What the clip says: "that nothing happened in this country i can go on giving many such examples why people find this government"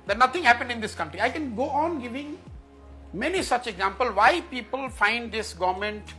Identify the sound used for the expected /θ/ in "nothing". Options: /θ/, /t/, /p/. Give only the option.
/t/